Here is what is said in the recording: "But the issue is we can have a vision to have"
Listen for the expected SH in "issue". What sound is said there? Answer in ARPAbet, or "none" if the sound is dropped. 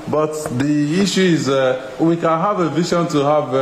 SH